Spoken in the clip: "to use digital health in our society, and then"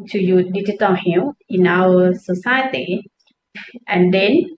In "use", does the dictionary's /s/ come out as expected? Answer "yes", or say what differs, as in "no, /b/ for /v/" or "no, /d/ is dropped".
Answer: no, /s/ is dropped